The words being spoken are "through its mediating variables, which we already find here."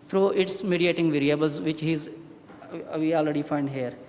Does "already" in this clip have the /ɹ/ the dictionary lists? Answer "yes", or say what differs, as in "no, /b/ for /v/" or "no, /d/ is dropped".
yes